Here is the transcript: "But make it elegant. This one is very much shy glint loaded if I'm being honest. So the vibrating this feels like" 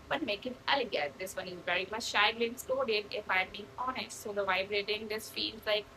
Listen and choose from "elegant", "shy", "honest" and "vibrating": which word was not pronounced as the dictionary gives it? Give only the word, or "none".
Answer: elegant